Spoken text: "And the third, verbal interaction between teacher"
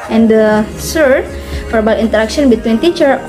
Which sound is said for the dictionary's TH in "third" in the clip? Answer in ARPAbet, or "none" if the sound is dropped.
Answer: S